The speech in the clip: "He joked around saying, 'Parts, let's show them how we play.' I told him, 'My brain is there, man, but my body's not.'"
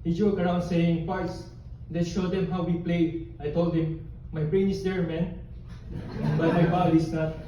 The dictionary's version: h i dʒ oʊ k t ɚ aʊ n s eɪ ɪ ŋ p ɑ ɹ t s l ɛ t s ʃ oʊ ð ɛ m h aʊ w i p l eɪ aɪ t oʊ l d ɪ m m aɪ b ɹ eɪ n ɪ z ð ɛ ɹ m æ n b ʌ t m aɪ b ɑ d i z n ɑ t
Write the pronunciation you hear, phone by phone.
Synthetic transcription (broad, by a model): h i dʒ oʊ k ɚ aʊ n s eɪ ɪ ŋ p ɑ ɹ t s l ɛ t ʃ oʊ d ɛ m h aʊ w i p l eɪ aɪ t oʊ l d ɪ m m aɪ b ɹ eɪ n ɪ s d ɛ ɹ m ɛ n b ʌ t m aɪ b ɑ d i s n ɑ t